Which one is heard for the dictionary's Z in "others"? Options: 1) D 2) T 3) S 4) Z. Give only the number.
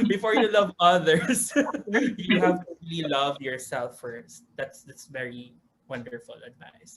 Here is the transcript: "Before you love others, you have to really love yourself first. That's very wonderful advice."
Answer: 3